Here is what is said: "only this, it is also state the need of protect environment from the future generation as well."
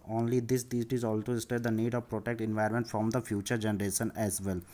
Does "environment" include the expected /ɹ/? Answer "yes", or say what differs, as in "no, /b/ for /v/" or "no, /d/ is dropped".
no, /ɹ/ is dropped